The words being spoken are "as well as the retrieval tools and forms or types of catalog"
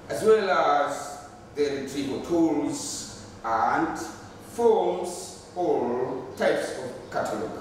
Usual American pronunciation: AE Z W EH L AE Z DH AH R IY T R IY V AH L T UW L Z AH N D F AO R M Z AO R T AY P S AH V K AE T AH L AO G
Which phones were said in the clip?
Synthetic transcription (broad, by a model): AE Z W EH L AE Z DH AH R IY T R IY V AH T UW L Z AH N D F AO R M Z AO L T AY P S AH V K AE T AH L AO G